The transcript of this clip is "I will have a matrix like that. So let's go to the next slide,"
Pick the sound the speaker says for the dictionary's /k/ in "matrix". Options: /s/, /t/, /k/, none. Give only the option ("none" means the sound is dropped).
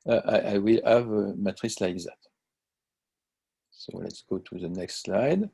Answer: none